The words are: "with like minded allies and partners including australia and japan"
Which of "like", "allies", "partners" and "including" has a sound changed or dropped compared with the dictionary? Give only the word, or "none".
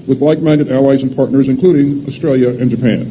none